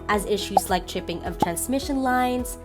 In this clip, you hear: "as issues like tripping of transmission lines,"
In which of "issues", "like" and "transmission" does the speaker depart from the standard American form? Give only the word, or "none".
none